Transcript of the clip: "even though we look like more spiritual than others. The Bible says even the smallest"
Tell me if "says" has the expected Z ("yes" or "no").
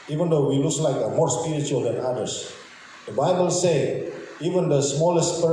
no